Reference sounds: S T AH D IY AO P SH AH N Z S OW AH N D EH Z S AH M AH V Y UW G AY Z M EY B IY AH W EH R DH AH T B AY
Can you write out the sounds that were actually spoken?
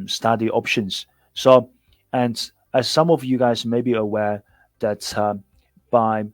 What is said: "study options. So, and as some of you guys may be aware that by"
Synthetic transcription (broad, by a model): S T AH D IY AO P SH AH N Z S OW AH N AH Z S AH M AH V Y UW G AY Z M EY B IY AH W EH R DH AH T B AY